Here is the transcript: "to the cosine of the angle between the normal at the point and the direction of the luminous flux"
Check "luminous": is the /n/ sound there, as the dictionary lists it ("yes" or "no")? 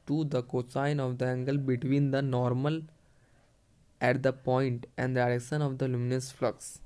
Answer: yes